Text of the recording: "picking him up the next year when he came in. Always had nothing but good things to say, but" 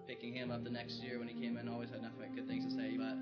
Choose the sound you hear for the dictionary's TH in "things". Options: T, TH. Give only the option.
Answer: TH